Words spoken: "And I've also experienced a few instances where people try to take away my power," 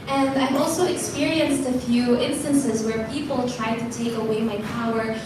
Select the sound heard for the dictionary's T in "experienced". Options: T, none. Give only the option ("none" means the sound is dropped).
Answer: T